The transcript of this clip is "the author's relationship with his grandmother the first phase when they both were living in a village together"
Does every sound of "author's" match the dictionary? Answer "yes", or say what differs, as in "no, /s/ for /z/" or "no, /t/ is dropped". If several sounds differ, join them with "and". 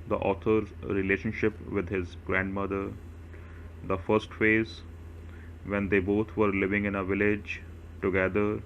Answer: no, /t/ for /θ/